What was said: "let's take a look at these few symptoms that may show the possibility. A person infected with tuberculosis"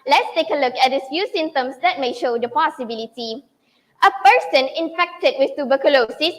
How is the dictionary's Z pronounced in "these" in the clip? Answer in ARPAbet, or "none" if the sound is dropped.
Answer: none